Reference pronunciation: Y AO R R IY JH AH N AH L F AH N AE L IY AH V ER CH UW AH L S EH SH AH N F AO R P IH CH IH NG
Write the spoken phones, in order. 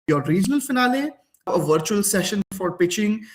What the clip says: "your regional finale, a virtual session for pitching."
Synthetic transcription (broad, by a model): Y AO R R IY JH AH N AH L F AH N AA L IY AH V ER CH UW AH L S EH SH AH N F AO R P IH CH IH NG